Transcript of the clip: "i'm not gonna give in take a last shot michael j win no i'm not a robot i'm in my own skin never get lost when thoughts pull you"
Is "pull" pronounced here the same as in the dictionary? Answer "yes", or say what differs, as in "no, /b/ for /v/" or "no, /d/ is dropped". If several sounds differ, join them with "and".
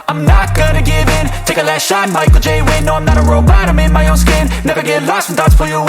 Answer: no, /f/ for /p/